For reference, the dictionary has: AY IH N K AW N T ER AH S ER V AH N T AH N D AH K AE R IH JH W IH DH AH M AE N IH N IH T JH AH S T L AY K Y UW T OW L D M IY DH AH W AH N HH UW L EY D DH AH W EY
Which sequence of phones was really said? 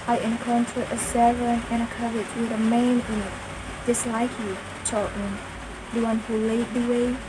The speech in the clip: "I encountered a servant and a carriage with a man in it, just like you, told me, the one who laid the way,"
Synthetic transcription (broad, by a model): AY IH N K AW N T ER AH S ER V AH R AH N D AH K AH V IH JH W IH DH AH M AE IH N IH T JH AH S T L AY K Y UW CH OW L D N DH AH W AH N HH UW L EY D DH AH W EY